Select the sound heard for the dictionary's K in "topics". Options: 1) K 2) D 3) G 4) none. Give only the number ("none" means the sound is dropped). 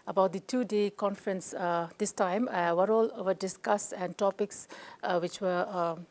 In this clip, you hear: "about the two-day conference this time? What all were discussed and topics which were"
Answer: 1